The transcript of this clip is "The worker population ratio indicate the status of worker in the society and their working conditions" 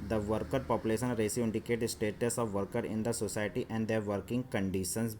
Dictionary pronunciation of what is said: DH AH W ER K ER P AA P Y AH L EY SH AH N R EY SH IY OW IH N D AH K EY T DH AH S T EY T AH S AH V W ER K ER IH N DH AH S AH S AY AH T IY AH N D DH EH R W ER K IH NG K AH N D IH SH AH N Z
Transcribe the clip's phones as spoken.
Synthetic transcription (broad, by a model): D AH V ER K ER P AA P Y AH L EY SH AH N R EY S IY IH N D AH K EY T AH S T EY T AH S AH V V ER K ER IH N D AH S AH S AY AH T IY AH N D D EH R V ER K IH NG K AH N D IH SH AH N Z